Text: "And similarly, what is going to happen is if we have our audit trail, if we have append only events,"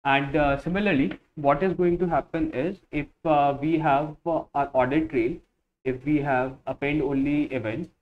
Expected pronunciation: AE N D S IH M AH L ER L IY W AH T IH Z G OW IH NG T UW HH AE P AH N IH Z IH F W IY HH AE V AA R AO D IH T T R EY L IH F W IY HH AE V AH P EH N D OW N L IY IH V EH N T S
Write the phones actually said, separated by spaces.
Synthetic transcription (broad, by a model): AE N D S IH M AH L ER L IY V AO T IH Z G OW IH NG T UW HH AE P AH N IH Z IH F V IY HH AE V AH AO D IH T T R EY L IH F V IY HH AE V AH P EH L D OW N L IY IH V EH N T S